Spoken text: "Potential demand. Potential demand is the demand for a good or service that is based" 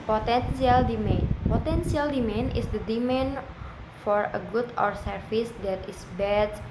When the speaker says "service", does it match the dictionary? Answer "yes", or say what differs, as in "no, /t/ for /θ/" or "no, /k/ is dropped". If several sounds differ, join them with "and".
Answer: no, /f/ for /v/